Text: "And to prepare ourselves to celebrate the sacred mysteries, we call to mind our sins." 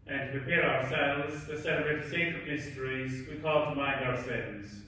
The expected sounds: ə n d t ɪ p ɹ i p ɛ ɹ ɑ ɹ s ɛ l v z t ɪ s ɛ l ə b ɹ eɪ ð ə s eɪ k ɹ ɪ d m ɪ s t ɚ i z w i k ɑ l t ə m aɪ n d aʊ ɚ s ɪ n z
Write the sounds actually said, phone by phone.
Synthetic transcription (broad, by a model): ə n t ɪ p ɹ i p ɛ ɹ ɑ ɹ s ɛ l v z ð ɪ s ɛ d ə ɹ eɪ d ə s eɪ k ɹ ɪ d m ɪ s t ɚ i z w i k ɑ l t ə m aɪ n d aʊ ɚ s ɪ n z